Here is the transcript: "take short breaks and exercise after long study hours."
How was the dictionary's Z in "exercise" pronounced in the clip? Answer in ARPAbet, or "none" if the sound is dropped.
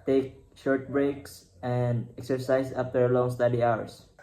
S